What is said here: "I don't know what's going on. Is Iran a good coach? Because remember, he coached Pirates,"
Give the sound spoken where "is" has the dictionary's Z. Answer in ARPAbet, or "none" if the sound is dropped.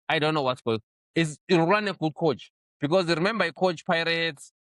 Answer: S